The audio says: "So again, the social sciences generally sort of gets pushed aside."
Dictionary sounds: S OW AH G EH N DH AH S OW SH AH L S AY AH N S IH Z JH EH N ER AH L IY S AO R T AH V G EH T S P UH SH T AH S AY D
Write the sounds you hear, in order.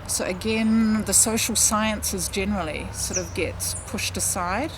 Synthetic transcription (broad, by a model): S OW AH G EH N DH AH S OW SH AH L S AY AH N S IH Z JH EH N ER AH L IY S AO R T AH V G EH T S P UH SH T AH S AY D